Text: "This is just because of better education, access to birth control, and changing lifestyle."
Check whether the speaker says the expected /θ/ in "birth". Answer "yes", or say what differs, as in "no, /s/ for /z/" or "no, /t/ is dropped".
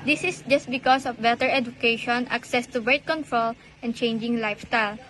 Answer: no, /t/ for /θ/